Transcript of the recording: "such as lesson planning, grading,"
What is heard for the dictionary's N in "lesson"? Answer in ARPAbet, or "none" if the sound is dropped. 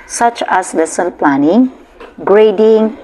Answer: L